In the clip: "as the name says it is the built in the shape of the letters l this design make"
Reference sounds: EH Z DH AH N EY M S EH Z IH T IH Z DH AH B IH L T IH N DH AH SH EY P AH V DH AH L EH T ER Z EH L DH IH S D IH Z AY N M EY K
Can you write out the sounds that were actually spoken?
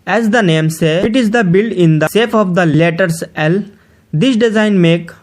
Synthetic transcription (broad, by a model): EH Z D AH N EY M S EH IH T IH Z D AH B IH L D IH N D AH S EY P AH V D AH L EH T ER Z EH L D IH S D IH Z AY N M EY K